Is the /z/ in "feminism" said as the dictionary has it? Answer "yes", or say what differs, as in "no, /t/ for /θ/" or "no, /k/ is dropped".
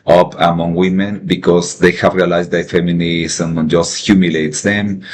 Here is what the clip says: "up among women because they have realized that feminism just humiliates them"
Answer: no, /s/ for /z/